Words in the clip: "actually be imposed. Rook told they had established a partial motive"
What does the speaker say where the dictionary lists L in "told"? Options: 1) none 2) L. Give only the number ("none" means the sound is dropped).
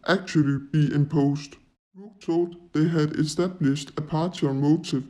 1